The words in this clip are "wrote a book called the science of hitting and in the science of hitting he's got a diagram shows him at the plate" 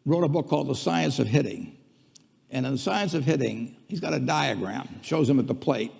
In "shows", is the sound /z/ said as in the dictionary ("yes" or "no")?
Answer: yes